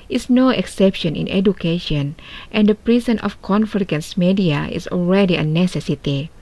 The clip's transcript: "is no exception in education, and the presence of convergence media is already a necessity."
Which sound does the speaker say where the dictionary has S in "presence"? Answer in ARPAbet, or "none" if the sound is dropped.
none